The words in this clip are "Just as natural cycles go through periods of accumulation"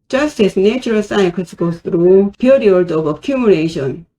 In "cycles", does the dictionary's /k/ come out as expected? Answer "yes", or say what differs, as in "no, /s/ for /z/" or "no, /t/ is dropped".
no, /k/ is dropped